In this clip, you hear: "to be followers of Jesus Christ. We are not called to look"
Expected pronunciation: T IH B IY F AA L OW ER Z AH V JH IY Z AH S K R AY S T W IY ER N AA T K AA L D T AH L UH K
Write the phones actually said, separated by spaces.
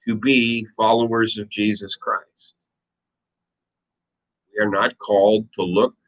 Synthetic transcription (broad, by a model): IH B IY F AA L OW ER Z AH V JH IY Z AH S K R AY S T W IY ER N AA T K AA L D T AH L UH K